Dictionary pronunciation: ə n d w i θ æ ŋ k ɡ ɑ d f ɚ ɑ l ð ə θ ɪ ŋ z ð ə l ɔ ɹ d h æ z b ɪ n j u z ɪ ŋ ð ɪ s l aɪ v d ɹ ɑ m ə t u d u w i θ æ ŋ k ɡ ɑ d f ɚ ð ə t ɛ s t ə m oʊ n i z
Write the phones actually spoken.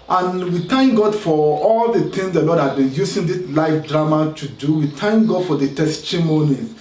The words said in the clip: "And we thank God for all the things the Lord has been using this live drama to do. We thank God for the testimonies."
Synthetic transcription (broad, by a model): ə n w i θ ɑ ŋ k ɡ ɑ d f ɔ ɑ l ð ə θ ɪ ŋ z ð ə l ɔ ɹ d h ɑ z b ɪ n j u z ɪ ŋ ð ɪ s l aɪ f d ɹ ɑ m ə t u d u w i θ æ ŋ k ɡ ɑ d f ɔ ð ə t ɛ s t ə m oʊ n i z